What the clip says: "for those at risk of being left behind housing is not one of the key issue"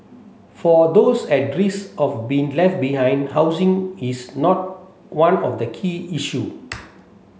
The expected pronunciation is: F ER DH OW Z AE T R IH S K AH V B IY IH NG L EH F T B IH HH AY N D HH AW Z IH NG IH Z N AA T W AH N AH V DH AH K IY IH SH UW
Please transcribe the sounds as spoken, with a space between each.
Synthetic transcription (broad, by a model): F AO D OW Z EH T R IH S AH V B IY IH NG L EH F T B IH HH AY N D HH AW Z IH NG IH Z N AA T W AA N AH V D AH K IY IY SH UW